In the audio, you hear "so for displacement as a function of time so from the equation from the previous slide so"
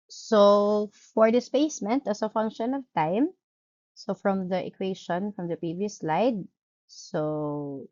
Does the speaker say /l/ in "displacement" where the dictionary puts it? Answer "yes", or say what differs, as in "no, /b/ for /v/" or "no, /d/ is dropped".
no, /l/ is dropped